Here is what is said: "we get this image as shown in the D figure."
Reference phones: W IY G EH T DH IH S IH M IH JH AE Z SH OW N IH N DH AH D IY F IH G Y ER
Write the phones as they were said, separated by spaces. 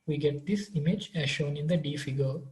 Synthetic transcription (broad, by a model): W IY G EH T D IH S IH M IH JH AE Z SH OW N IH N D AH D IY F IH G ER